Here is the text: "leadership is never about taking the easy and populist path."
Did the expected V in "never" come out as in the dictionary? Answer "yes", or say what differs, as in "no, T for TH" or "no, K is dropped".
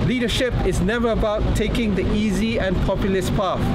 yes